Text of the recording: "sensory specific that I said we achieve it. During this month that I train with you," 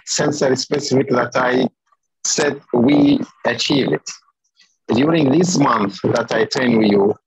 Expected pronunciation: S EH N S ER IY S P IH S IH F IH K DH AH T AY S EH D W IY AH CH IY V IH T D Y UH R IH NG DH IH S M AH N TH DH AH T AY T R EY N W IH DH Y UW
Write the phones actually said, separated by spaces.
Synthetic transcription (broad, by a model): S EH N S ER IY S P IH S IH F IH K DH AH T AY S EH D W IY AH CH IY V IH T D Y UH R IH NG DH IH S M AH N TH DH AH T AY T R N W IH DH Y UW